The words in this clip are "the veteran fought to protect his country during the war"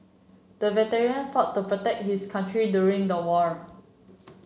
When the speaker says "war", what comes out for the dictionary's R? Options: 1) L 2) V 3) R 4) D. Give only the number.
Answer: 3